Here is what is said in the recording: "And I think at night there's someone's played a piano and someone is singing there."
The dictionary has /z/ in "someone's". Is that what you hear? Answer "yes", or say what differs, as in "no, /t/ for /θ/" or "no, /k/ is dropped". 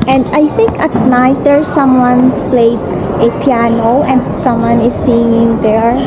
no, /s/ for /z/